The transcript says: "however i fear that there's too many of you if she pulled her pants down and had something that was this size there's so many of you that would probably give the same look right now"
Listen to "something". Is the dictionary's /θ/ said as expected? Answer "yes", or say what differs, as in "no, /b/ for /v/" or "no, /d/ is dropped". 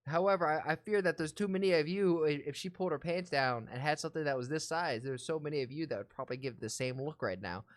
yes